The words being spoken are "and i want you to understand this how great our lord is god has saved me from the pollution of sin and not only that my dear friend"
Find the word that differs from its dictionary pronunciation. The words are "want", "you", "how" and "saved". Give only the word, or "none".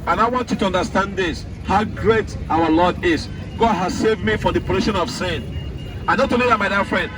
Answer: none